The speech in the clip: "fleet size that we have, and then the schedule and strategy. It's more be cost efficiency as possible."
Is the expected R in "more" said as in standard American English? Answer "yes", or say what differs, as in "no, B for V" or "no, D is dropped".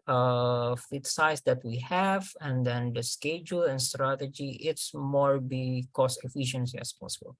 yes